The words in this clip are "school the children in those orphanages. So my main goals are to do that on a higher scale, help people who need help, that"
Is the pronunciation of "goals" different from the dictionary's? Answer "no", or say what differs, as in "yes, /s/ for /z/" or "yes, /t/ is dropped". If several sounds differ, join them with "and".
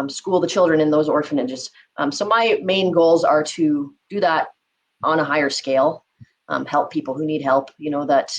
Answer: no